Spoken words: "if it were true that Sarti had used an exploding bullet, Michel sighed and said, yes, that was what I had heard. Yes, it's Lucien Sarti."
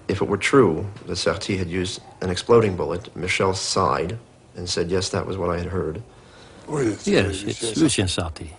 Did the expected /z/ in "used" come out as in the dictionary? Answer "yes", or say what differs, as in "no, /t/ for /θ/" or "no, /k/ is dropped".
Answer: yes